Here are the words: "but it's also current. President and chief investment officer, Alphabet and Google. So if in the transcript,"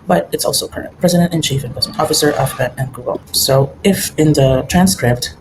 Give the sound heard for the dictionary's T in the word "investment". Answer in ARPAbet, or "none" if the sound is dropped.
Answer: none